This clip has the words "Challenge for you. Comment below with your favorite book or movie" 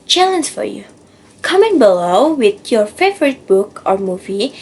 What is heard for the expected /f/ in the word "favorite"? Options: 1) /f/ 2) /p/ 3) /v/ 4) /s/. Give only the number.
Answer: 1